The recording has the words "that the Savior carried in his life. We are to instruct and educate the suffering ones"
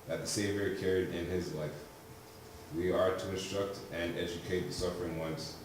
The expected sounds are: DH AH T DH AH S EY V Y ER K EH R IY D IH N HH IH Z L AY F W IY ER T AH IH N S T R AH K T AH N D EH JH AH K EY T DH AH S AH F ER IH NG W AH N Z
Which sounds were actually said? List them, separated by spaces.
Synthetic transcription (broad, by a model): DH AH T DH AH S EY V Y ER K EH R IY D IH N IH Z L AY F W IY ER T AH IH N S T R AH K T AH N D EH JH AH K EY T DH AH S AH F ER IH NG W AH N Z